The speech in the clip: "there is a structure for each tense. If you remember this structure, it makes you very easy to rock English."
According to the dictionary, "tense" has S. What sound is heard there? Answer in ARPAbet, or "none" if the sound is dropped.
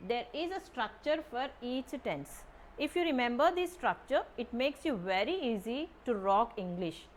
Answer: S